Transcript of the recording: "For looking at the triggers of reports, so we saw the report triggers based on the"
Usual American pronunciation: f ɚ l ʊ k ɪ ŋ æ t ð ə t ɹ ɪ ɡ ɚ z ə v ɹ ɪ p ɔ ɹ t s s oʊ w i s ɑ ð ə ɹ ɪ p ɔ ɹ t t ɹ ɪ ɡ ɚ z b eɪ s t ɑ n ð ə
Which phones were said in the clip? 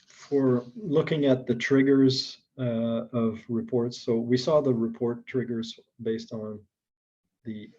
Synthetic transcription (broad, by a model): f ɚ l ʊ k ɪ ŋ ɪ t ð ə t ɹ ɪ ɡ ɚ z ə v ɹ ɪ p ɔ ɹ t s s oʊ w i s ɑ ð ə ɹ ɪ p ɔ ɹ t t ɹ ɪ ɡ ɚ z b eɪ s t n ð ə